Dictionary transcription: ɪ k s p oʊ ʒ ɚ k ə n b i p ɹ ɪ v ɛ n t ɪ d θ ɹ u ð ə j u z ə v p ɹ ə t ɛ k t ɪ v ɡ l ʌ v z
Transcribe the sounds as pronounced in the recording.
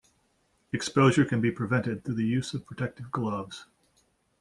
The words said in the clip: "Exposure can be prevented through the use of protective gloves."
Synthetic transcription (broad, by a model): ɪ k s p oʊ ʒ ɚ k ə n b i p ɹ ɪ v ɛ n t ɪ d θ u ð ə j u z ə v p ɹ ə t ɛ k t ɪ v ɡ l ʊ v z